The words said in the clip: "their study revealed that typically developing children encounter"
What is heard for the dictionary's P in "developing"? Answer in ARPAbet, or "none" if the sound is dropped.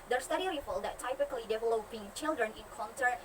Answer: P